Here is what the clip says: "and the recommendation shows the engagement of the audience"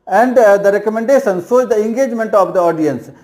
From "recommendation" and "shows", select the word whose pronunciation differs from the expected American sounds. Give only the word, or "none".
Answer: shows